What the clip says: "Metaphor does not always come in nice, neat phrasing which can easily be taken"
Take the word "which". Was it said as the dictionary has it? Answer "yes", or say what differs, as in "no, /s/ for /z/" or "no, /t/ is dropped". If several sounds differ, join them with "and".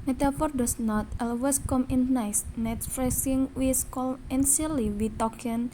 no, /s/ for /tʃ/